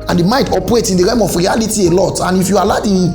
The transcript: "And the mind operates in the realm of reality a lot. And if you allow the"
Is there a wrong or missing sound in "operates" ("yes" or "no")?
yes